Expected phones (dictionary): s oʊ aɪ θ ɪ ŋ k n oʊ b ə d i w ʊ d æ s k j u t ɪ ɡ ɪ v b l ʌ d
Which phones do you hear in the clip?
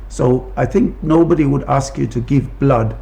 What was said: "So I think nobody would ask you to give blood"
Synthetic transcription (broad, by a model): s oʊ aɪ θ ɪ ŋ k n oʊ b ə d i w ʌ d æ s k j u t ɪ ɡ ɪ v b l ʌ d